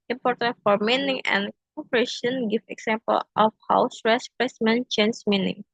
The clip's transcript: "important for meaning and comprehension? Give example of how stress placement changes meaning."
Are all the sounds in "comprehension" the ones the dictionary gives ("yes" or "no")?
no